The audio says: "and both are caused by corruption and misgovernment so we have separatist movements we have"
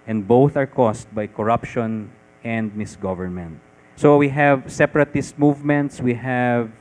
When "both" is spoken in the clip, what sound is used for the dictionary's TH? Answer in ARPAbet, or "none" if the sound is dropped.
TH